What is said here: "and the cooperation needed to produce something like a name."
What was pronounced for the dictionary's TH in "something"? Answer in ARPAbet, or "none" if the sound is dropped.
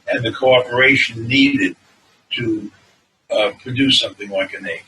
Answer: TH